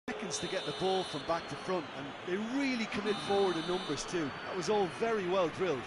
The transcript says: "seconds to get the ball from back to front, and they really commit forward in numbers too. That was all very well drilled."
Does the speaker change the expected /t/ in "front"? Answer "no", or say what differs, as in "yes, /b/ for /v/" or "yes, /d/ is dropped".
no